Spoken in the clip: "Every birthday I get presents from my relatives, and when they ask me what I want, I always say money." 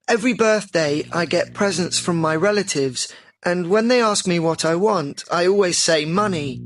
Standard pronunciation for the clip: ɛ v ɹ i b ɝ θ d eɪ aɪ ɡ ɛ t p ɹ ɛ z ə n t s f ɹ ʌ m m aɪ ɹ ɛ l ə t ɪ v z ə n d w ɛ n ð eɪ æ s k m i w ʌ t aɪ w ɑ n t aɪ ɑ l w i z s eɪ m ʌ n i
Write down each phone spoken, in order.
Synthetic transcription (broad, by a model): ɛ v ɹ i b ɝ θ d eɪ aɪ ɡ ɛ t p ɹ ɛ z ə n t s f ɹ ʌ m m aɪ ɹ ɛ l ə t ɪ v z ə n w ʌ n ð eɪ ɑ s k m i w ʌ t aɪ w ɑ n t aɪ ɑ l w i z s eɪ m ʌ n i